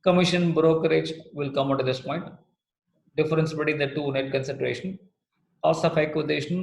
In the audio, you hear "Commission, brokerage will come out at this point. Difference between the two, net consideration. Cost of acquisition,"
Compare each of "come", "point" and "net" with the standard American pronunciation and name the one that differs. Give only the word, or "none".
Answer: none